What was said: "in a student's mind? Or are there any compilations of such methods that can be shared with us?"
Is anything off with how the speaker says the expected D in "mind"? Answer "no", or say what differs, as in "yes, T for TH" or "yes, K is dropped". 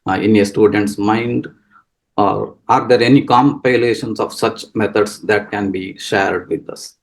no